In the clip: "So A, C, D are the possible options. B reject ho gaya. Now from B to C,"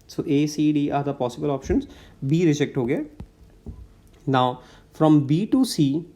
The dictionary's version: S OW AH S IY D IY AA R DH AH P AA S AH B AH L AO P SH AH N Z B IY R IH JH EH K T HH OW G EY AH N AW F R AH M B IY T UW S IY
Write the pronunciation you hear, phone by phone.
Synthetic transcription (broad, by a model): S OW AH S IY D IY AA R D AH P AA S AH B AH L AO P SH AH N Z B IY R IH JH EH K T HH OW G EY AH N AW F R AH M B IY T UW S IY